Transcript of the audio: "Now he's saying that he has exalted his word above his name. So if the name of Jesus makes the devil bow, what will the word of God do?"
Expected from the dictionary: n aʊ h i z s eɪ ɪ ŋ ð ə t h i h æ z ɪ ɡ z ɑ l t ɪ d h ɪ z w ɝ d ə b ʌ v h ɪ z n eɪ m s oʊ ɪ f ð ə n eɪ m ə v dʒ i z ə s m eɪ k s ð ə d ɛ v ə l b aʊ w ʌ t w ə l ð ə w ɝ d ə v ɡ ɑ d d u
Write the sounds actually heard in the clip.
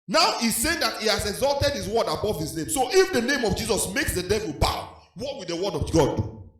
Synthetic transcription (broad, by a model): n aʊ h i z s eɪ ɪ ŋ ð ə t h i h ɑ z ɪ ɡ z ɑ l t ɪ d h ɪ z w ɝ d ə b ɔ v h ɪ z n eɪ m s oʊ ɪ f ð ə n eɪ m ə v dʒ i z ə s m eɪ k s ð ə d ɛ v ə l b aʊ w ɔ t w ə l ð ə w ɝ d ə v ɡ ɑ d d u